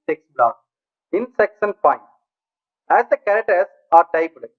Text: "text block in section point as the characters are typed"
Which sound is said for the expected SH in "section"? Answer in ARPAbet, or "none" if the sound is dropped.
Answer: S